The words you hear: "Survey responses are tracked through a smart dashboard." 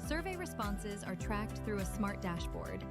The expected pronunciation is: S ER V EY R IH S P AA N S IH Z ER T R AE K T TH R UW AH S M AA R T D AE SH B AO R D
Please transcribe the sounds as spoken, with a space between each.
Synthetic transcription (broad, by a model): S ER V EY R IH S P AA N S IH Z ER T R AE K T TH R UW AH S M AA R T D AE SH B AO R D